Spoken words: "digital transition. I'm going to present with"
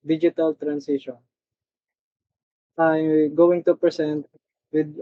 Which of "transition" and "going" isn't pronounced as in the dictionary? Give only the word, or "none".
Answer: transition